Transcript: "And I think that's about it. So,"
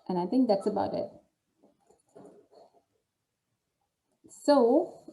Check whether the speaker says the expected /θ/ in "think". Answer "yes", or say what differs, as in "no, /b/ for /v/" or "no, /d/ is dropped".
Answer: yes